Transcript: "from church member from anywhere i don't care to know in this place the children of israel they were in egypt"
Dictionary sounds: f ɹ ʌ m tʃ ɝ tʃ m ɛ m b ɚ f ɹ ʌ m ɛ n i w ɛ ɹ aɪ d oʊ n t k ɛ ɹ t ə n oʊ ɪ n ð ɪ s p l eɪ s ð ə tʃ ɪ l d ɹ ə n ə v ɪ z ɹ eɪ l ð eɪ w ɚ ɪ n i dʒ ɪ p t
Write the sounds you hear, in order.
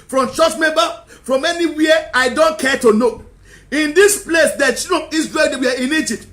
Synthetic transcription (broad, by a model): f ɹ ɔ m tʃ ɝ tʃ m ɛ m b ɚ f ɹ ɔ m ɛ n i w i aɪ d oʊ n t k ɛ t ə n oʊ ɪ n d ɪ s p l eɪ s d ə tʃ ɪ d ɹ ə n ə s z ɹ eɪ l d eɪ w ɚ ɪ n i dʒ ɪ p t